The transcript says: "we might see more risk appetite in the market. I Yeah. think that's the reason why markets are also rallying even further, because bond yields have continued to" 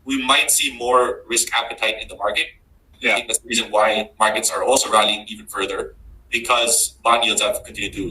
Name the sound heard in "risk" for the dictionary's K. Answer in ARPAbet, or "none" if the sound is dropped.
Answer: K